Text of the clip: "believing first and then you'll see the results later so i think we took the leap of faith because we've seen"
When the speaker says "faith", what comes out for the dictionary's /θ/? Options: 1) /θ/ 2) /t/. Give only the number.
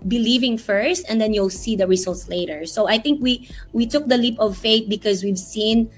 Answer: 2